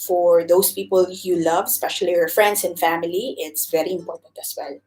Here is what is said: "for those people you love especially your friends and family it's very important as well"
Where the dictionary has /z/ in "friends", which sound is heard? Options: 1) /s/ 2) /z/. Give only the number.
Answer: 1